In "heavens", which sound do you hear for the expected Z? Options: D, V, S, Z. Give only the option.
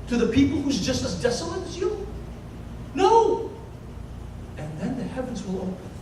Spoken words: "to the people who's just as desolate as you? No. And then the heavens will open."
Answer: Z